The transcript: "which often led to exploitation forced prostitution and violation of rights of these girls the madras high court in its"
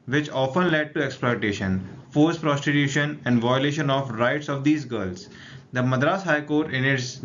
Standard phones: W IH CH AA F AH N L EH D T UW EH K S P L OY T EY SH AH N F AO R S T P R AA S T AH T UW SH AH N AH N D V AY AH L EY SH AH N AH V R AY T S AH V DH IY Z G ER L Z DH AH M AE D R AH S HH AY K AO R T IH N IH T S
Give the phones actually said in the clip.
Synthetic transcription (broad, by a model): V IH CH AA F AH N L EH D T UW EH K S P L OY T EY SH AH N F AO R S P R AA S T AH T UW SH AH N AH N D V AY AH L EY SH AH N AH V R AY T S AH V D IY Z G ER L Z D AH M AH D R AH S HH AY K AO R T IH N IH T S